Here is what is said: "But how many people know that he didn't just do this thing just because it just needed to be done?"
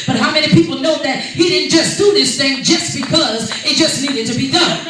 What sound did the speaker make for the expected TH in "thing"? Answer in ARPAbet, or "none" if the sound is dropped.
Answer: TH